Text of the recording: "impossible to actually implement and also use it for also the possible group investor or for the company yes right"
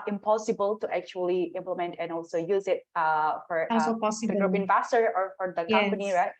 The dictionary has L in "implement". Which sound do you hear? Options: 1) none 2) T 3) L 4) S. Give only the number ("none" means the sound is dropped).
3